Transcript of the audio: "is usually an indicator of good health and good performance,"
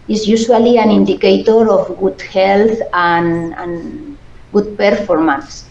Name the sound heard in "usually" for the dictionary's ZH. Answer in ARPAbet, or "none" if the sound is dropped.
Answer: S